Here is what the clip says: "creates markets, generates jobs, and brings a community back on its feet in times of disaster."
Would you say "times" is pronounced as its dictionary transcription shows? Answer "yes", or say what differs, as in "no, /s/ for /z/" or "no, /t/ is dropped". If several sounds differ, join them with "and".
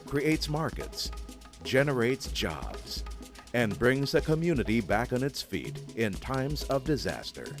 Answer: yes